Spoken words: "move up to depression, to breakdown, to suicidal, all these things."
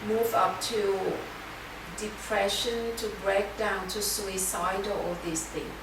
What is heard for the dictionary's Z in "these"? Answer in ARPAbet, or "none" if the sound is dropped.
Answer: S